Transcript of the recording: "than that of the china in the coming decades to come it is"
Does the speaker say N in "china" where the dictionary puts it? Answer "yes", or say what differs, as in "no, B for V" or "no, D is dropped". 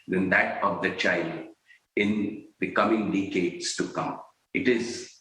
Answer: no, L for N